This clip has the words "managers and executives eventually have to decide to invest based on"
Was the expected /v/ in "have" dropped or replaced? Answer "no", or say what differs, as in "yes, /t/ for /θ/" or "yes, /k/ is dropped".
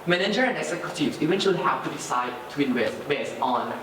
yes, /w/ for /v/